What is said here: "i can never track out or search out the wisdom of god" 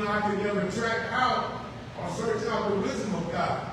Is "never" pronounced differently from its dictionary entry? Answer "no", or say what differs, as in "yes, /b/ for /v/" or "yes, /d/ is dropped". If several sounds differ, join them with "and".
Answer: yes, /v/ is dropped